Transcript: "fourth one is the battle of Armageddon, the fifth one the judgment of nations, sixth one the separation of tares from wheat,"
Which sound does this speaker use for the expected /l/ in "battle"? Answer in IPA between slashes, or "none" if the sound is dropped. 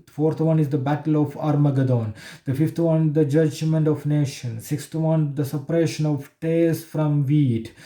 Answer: /l/